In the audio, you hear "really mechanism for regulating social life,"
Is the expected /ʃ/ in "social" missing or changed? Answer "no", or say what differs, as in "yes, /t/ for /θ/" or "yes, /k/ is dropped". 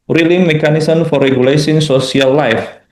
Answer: yes, /s/ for /ʃ/